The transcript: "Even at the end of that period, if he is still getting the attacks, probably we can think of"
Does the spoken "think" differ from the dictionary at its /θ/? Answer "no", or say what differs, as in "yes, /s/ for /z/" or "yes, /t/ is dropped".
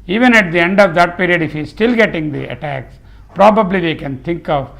yes, /t/ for /θ/